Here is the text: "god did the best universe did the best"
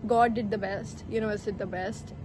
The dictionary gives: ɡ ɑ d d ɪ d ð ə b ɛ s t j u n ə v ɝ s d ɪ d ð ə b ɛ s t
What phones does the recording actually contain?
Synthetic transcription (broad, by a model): ɡ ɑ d d ɪ d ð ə b ɛ s t j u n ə ɝ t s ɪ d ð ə b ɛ s t